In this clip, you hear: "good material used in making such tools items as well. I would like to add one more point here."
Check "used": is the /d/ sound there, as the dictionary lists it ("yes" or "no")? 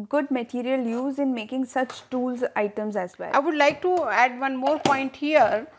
no